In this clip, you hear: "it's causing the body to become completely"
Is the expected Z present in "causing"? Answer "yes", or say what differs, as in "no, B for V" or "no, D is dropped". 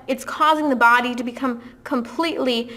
yes